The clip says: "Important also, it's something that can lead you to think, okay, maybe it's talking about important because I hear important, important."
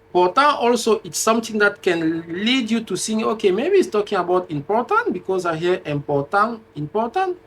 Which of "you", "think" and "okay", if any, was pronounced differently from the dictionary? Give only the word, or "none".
think